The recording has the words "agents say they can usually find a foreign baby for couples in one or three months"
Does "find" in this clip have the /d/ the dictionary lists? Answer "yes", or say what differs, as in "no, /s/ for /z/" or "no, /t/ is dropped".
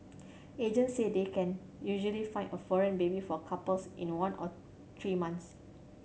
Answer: no, /d/ is dropped